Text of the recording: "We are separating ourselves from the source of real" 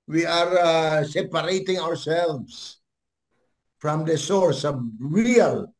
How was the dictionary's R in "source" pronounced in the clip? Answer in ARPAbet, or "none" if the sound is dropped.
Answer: R